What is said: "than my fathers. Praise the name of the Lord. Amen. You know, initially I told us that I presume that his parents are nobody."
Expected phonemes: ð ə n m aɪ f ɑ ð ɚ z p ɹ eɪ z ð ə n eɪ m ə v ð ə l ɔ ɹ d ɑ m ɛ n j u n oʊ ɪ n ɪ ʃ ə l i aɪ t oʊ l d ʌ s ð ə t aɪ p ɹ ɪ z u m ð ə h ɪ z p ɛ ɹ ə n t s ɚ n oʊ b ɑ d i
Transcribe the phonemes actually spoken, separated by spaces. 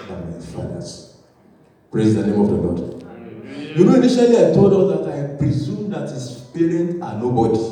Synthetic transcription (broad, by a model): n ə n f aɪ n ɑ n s p ɹ eɪ z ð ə n eɪ m ə v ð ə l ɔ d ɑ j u n oʊ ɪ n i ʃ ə l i aɪ t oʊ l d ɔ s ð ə t aɪ p ɹ ɪ z u m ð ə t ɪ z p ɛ ɹ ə n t ɑ n oʊ b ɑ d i